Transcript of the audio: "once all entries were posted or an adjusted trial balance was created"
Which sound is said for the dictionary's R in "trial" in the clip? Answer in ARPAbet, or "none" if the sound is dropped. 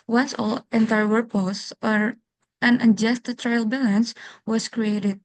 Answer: R